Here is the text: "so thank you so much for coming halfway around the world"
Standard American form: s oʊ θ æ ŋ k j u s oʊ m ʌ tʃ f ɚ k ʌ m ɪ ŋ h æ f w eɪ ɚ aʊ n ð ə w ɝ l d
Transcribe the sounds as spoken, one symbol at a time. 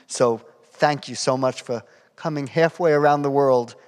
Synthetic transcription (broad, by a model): s oʊ θ æ ŋ k j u s oʊ m ʌ tʃ f ɚ k ʌ m ɪ ŋ h æ f w eɪ ɚ aʊ n ð ə w ɝ l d